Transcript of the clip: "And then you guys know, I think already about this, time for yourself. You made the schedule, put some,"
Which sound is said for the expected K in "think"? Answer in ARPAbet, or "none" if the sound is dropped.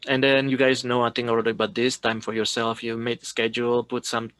none